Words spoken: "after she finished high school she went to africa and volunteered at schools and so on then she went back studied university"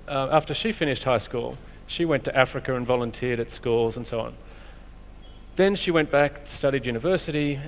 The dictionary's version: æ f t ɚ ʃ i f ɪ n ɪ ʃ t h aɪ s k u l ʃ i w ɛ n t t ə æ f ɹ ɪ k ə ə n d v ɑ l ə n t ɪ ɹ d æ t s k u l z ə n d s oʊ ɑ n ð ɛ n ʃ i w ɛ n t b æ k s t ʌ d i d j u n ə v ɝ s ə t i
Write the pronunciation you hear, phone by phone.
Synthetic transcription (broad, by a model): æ f t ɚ ʃ i f ɪ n ɪ ʃ t h aɪ s k u l ʃ i w ɛ n t t æ f ɹ ɪ k ə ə n v ɑ l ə n t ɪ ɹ d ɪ t s k u l z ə n s oʊ ɑ n ð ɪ n ʃ i w ɛ n b æ k s t ʌ d i d j u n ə v ɝ s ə t i